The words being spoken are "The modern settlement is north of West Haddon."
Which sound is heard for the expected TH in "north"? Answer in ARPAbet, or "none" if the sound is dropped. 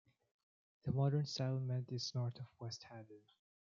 T